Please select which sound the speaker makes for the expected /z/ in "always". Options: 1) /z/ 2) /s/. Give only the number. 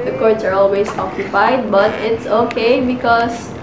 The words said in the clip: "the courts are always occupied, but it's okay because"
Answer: 2